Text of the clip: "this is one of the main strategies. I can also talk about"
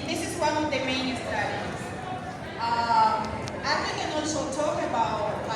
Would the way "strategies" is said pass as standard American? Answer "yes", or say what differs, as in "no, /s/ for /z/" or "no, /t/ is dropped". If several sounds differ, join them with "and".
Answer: no, /ɹ/ is dropped and /z/ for /dʒ/